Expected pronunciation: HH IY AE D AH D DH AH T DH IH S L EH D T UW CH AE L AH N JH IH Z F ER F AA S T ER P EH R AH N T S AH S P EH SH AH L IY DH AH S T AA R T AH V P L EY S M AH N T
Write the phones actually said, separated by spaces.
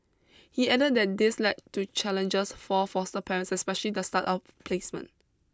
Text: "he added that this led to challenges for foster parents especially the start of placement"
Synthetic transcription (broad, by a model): HH IY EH D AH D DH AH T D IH S L EH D T UW CH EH L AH N JH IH S F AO F AA S T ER P EH R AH N S AH S P EH SH AH L IY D AH S T AA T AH F P L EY S M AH N